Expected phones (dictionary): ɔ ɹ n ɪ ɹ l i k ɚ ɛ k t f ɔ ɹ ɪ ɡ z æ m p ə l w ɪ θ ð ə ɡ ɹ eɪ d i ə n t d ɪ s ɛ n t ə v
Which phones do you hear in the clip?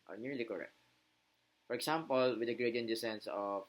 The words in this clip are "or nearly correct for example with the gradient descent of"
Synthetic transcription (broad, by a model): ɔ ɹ n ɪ ɹ l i k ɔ ɛ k t f ɔ ɹ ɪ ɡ s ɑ m p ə l w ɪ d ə ɡ ɹ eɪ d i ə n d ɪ s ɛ n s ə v